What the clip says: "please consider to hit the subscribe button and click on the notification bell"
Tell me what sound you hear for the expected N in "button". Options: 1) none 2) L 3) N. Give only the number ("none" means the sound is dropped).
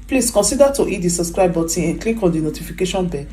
1